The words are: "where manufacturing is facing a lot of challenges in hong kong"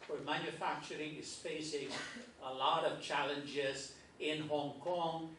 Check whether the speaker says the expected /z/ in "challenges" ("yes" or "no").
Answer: yes